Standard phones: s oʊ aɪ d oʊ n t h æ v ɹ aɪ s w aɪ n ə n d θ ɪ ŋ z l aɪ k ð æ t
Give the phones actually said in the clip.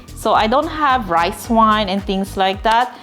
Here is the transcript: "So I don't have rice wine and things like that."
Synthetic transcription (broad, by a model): s oʊ aɪ d oʊ n t h æ v ɹ aɪ s w aɪ n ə n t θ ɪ ŋ s l aɪ k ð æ t